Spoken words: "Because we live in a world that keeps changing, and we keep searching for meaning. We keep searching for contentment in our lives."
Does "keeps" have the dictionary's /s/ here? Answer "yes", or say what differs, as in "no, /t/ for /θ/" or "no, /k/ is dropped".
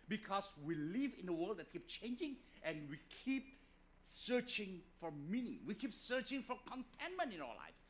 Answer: no, /s/ is dropped